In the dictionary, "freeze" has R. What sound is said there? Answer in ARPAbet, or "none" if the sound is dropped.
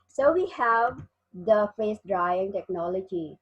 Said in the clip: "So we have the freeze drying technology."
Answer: none